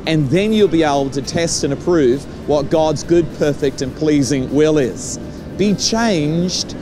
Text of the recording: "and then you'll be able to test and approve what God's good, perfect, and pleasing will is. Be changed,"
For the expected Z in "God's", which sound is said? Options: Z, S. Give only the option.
Z